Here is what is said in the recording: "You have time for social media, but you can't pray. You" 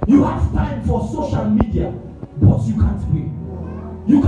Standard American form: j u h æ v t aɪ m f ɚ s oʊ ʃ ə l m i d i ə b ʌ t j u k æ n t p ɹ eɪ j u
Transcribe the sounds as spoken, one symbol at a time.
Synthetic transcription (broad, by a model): j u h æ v t aɪ m f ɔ s oʊ ʃ ə l m i d i ə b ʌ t j u k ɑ n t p eɪ j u